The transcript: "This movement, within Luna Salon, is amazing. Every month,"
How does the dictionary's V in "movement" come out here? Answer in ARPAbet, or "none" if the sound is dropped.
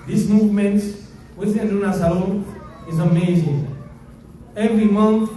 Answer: V